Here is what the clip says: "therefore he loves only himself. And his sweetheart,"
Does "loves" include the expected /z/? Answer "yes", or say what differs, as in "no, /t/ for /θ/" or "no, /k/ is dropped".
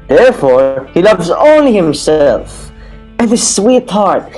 yes